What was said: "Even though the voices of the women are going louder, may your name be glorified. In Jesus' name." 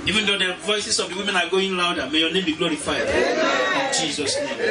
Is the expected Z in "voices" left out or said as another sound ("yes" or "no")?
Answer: yes